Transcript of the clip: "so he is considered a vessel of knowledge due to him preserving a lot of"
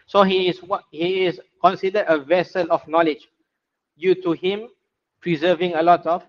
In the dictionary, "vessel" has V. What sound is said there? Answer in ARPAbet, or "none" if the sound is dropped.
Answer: V